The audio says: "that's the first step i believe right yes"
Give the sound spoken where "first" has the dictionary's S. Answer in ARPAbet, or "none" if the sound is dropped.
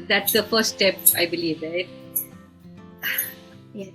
none